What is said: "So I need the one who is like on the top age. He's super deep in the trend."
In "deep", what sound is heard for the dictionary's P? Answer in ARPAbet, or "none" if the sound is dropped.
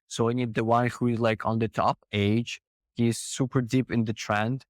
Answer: P